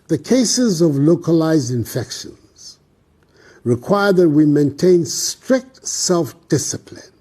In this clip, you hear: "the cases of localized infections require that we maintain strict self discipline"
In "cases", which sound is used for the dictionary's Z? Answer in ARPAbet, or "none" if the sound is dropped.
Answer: Z